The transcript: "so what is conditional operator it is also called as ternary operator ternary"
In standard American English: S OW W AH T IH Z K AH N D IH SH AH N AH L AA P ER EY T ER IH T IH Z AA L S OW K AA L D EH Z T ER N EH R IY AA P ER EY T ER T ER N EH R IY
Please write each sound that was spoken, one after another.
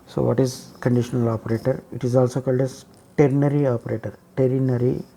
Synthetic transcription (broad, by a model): S OW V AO T IH Z K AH N D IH SH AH N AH L AA P ER EY T ER IH T IH Z AA L S OW K AA L D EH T T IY N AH R IY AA P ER EY T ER T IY N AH R IY